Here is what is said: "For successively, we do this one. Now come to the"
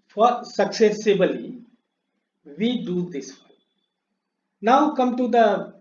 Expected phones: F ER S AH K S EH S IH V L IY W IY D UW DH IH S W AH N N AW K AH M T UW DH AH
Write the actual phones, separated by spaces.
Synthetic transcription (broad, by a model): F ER S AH K S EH S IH B L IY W IY D UW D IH S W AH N N AW K AH M T UW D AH